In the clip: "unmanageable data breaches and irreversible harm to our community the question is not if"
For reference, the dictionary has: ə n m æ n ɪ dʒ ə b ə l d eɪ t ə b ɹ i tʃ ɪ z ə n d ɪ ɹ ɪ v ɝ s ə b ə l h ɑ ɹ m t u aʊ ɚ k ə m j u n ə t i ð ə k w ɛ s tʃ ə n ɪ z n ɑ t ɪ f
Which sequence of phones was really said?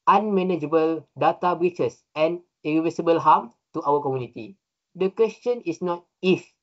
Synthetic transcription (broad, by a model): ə n m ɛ n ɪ dʒ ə b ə l d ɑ t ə b ɹ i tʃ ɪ s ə n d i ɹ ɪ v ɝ s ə b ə l h ɑ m t u aʊ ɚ k ə m j u n ə t i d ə k w ɛ s tʃ ə n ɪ s n ɑ t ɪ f